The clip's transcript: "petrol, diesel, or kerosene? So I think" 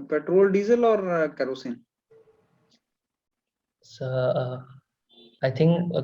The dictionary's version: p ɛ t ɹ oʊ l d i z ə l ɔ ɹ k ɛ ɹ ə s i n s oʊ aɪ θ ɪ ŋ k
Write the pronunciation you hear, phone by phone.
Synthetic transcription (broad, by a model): p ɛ t ɹ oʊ l d i z ə l ɔ ɹ k ɛ ɹ ə s i n s oʊ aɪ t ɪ ŋ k